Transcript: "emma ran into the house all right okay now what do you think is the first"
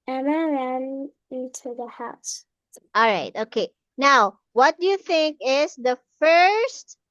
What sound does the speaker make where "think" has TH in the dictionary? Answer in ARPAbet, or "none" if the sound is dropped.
TH